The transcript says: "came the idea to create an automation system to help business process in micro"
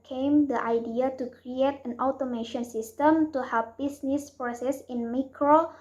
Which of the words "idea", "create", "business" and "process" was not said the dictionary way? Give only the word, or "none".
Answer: business